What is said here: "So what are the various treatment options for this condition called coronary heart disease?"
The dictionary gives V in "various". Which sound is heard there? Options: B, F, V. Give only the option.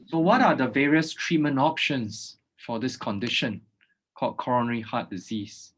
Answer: V